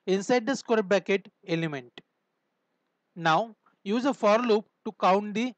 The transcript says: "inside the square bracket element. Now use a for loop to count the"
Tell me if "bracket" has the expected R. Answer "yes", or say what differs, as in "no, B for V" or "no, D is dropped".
no, R is dropped